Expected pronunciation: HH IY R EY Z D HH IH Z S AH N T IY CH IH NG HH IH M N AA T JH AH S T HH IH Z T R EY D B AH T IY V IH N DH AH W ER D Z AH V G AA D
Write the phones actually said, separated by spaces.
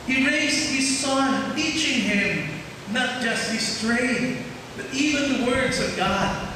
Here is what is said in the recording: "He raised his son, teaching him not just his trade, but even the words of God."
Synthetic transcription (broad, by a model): HH IY R EY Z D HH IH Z S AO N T IY CH IH NG HH IH M N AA T JH AH S T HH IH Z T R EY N B AH T IY V IH N DH AH W ER D Z AH V G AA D